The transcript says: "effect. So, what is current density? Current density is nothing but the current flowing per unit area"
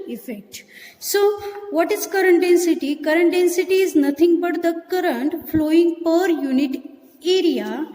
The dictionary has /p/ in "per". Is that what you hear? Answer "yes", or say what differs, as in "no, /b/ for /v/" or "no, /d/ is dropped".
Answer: yes